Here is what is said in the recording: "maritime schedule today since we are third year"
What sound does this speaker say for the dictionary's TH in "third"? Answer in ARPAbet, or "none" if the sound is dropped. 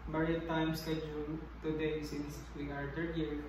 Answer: T